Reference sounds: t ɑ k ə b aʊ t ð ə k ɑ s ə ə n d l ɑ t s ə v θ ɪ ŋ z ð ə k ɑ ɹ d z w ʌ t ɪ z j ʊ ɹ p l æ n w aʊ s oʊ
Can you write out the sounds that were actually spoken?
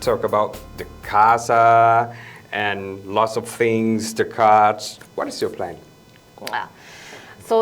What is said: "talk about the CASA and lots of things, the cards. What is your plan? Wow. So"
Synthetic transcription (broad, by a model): t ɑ k ə b aʊ t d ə k ɑ s ə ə n l ɑ t s ə v θ ɪ ŋ z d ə k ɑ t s w ʌ t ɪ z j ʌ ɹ p l æ n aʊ s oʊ